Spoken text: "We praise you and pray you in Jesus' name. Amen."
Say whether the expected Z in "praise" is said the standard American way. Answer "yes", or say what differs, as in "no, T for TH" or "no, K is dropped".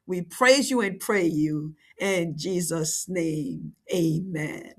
yes